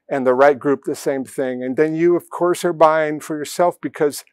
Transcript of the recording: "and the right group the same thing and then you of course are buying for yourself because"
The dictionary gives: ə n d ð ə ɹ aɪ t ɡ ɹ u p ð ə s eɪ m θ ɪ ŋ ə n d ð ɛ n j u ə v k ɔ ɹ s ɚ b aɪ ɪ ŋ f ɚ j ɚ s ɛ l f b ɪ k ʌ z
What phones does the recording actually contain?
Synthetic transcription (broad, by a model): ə n ð ə ɹ aɪ t ɡ ɹ u p ð ə s eɪ m θ ɪ ŋ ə n ð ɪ n j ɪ ə v k ɔ ɹ s ɚ b aɪ ɪ ŋ f ɚ j ɚ s ɛ l f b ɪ k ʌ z